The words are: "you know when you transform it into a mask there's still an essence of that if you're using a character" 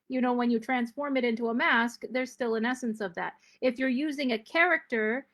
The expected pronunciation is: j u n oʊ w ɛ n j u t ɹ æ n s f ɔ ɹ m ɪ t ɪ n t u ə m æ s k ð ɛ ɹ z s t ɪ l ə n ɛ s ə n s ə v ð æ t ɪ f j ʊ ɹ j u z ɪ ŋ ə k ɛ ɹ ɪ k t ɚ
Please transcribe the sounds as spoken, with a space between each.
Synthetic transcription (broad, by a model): j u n oʊ w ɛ n j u t ɹ æ n s f ɔ ɹ m ɪ t ɪ n t u ə m æ s k ð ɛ ɹ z s t ɪ l ə n ɛ s ə n s ə v ð æ t ɪ f j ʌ ɹ j u z ɪ ŋ ə k ɛ ɹ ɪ k t ɚ